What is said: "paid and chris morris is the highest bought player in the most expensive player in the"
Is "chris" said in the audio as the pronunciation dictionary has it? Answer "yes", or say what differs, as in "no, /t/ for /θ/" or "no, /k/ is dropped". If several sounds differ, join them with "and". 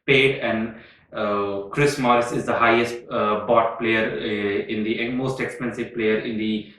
yes